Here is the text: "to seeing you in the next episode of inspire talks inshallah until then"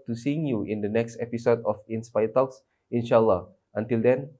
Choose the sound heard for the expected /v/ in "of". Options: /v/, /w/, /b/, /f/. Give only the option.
/f/